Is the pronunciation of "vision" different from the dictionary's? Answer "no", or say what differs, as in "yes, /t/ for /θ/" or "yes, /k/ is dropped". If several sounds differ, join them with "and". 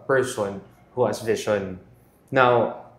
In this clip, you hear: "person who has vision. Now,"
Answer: yes, /ʃ/ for /ʒ/